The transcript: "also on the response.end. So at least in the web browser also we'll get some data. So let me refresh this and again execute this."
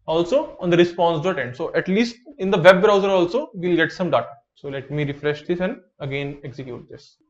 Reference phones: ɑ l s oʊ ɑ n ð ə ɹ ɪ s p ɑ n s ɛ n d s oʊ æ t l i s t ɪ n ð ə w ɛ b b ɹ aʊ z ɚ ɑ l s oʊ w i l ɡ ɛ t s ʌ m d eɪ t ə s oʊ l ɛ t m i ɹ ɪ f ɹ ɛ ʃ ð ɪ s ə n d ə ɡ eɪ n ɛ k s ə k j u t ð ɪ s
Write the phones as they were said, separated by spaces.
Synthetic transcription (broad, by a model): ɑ l s oʊ ɑ n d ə ɹ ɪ s p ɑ n s ɛ n d s oʊ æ t l i s t ɪ n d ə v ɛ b b ɹ aʊ z ɚ ɑ l s oʊ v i l ɡ ɛ t s ʌ m d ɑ t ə s oʊ l ɛ t m i ɹ ɪ f ɹ ɛ ʃ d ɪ s ə n d ə ɡ eɪ n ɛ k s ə k j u t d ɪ s